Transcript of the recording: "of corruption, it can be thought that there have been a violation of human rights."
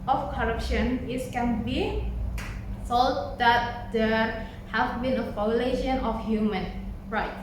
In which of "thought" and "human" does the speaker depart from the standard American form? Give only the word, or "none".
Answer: thought